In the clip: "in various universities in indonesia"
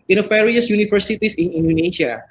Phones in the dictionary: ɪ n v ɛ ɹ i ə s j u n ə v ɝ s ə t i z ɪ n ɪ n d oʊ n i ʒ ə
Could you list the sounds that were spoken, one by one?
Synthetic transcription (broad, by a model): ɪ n f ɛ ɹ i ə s j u n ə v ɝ s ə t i s ɪ n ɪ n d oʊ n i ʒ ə